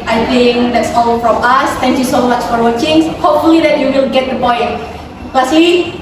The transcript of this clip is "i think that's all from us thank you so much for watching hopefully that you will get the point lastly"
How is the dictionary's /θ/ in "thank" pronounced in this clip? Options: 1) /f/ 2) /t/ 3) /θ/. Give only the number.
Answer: 2